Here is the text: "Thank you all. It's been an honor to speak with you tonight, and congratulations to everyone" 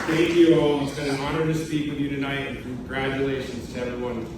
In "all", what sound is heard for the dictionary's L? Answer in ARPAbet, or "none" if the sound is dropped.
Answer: W